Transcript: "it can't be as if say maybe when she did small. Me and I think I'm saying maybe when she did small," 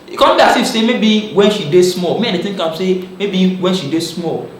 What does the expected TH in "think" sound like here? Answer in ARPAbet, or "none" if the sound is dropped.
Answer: T